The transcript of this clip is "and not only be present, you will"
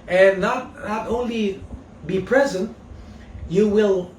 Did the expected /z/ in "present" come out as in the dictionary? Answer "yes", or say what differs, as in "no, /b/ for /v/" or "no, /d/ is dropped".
yes